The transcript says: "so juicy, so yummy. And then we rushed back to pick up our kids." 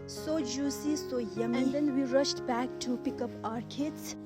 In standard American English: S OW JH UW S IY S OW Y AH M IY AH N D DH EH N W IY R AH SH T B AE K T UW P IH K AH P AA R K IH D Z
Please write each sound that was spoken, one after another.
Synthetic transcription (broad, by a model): S OW JH UW S IY S OW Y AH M AH N D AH N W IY R AH SH T B AE K T UW P IH K AH P AA R K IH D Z